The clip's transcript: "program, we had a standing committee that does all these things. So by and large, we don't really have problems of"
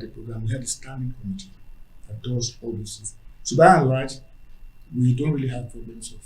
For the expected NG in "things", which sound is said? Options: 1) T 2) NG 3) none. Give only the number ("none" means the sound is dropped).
3